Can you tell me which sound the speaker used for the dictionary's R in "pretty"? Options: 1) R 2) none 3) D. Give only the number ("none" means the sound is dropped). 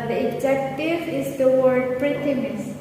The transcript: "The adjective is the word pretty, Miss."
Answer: 1